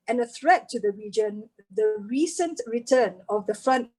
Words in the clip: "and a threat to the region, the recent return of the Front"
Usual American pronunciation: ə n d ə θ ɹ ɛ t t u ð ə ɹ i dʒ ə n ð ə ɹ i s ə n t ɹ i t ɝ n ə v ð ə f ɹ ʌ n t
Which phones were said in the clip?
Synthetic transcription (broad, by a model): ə n ə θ ɹ ɛ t t u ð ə ɹ i dʒ ə n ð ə ɹ i s ə n t ɹ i t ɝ n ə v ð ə f ɹ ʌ n t